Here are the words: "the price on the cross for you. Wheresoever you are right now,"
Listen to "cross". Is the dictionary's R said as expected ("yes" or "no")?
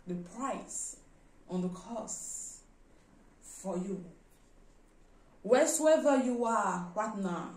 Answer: no